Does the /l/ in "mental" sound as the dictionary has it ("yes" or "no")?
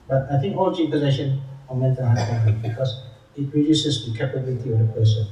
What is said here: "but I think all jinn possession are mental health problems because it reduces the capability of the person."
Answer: no